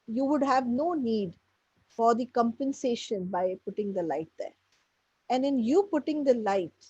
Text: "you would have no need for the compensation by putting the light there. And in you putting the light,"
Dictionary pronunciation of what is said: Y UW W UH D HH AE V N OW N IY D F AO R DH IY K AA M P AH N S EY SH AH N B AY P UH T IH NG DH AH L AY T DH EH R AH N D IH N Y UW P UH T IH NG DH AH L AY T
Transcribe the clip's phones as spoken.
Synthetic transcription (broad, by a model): Y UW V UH D HH AE V N OW N IY D F AO R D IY K AA M P AH N S EY SH AH N B AY P UH T IH NG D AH L AY T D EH R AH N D IH N Y UW P UH T IH NG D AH L AY T